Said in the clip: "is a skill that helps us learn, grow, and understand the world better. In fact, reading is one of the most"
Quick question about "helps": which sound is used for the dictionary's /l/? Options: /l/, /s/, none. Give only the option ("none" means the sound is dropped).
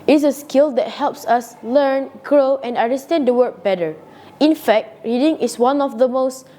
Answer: /l/